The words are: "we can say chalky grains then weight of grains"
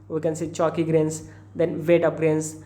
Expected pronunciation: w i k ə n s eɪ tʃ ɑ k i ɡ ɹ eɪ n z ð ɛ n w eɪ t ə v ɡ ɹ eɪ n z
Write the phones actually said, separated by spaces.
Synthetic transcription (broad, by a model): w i k ə n s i tʃ ɑ k i ɡ ɹ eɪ n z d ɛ n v eɪ t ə p ɡ ɹ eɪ n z